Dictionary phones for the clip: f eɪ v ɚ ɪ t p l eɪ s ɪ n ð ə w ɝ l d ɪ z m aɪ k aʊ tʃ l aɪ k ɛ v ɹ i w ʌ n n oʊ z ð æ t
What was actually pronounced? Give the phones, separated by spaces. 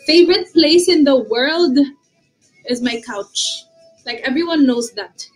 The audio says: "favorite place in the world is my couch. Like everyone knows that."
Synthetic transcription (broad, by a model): f eɪ v ɚ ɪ t p l eɪ s ɪ n ð ə w ɝ l d ɪ z m aɪ k aʊ tʃ l aɪ k ɛ v ɹ i w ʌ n n oʊ z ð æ t